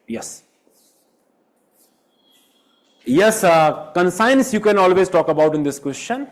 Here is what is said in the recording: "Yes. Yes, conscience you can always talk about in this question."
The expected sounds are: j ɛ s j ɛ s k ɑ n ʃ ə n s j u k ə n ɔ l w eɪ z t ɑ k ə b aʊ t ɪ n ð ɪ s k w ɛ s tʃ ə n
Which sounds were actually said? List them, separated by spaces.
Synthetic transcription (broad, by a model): j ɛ s j ɛ s k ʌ n s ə n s j u k ə n ɔ l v eɪ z t ɑ k ə b aʊ t ɪ n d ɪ s k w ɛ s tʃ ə n